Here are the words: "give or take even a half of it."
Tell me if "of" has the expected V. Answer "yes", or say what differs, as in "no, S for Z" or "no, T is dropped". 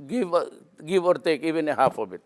no, B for V